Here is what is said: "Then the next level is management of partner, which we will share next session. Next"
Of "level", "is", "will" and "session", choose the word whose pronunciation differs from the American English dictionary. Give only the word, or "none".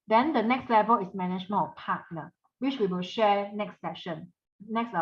is